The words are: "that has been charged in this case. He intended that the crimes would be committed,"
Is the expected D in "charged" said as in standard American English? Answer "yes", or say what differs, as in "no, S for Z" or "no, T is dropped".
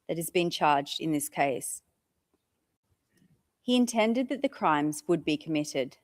yes